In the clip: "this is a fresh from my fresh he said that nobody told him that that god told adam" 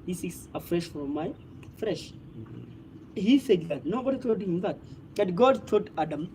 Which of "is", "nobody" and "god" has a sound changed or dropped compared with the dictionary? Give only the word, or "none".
is